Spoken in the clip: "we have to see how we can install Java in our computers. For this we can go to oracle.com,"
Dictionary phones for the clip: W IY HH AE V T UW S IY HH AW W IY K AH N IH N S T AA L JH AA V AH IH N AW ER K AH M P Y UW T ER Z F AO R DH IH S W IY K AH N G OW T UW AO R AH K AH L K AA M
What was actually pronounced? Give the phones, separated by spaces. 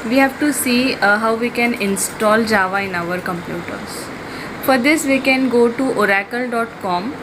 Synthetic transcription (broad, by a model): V IY HH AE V T UW S IY HH AW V IY K AH N IH N S T AA L JH AA V AH IH N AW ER K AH M P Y UW T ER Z F AO R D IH S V IY K AH N G OW T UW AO R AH K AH L K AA M